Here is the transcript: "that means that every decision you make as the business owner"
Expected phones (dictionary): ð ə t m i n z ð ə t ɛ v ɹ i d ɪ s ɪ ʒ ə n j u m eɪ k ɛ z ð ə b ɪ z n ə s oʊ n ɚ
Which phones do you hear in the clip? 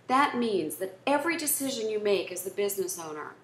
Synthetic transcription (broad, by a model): ð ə t m i n z ð ə t ɛ v ɹ i d ɪ s ɪ ʒ ə n j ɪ m eɪ k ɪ z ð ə b ɪ z n ə s oʊ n ɚ